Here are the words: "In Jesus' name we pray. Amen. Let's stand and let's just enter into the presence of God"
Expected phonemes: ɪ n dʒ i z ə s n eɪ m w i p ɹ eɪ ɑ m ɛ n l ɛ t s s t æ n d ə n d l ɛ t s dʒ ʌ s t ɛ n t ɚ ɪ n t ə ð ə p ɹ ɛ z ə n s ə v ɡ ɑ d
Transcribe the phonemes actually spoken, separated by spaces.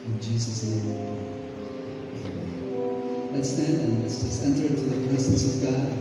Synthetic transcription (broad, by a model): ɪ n dʒ i z ə s n eɪ m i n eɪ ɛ l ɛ t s s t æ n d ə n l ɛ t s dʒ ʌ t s ɛ n t ɚ ɪ n t ə ð ə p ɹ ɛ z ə n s ə v ɡ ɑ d